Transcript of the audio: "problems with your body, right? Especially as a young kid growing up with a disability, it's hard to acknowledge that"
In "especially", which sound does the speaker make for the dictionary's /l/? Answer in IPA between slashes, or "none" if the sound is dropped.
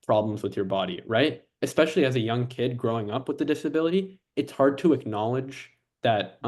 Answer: /l/